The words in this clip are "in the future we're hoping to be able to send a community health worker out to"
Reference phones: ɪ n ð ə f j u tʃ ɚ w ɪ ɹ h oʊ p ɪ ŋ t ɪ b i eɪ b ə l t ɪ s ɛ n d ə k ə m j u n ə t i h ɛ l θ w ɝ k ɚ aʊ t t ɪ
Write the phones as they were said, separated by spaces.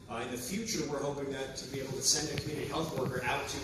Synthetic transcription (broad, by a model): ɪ n ð ə f j u tʃ ɚ w ɪ ɹ h oʊ p ɪ ŋ t ɪ b i eɪ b l t ɪ s ɛ n d ə k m j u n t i h ɛ l θ w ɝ k ɚ aʊ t t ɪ